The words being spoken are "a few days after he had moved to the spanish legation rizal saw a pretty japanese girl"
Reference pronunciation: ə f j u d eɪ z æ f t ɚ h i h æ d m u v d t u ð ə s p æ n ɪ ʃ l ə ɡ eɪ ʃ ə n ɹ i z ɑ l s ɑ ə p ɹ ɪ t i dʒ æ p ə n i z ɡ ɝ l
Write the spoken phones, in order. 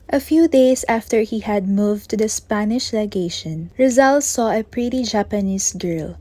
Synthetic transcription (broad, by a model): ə f j u d eɪ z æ f t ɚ h i h æ d m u v t u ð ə s p æ n ɪ ʃ l ə ɡ eɪ ʃ ə n ɹ i z ɑ l s ɑ ə p ɹ ɪ t i dʒ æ p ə n i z ɡ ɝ l